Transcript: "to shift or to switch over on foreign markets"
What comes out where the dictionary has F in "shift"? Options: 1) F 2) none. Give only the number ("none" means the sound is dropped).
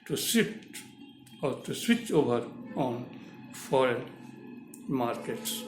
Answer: 2